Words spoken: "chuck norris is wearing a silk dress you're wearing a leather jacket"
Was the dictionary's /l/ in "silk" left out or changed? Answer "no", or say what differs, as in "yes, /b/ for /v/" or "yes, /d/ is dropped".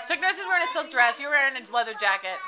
no